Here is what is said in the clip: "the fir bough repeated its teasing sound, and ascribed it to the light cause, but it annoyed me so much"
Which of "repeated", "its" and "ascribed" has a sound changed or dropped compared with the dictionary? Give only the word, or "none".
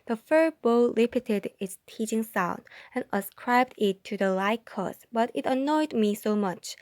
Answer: repeated